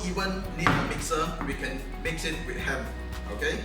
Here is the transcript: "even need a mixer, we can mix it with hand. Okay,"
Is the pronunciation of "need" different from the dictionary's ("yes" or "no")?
yes